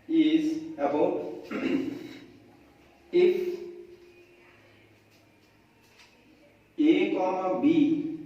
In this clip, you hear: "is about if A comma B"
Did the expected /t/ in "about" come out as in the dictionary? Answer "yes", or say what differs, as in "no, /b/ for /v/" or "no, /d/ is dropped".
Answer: no, /t/ is dropped